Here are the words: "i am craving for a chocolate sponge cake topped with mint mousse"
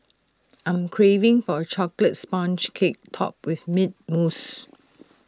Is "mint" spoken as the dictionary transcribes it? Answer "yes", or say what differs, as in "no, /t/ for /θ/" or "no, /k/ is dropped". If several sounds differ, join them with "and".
no, /n/ is dropped